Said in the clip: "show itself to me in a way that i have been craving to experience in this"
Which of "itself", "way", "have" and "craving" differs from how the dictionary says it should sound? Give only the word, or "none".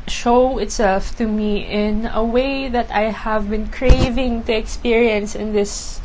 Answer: none